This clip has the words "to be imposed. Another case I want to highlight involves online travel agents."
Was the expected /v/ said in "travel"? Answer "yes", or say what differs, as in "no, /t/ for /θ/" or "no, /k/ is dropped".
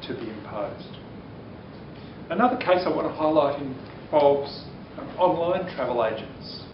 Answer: yes